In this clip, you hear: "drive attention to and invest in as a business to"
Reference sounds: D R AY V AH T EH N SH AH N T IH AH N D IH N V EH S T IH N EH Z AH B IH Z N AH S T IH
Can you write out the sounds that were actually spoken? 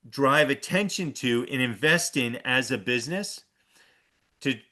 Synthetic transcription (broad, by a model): D R AY V AH T EH N SH AH N T IH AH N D IH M V EH S T IH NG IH Z AH B IH Z N AH S T IH